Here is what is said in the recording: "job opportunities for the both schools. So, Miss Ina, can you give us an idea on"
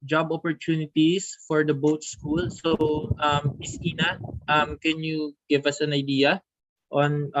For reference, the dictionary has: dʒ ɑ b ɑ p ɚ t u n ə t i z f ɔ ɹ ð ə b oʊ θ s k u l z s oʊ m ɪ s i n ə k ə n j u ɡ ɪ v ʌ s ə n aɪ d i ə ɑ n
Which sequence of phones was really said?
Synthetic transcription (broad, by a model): dʒ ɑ b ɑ p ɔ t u n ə t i s f ɔ ɹ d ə b oʊ t s k u l s oʊ m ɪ s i n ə k ə n j u ɡ ɪ v ʌ s ə n aɪ d i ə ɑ n